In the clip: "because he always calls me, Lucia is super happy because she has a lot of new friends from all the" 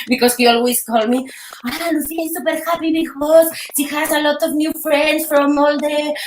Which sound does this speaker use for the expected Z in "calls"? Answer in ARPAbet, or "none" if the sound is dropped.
none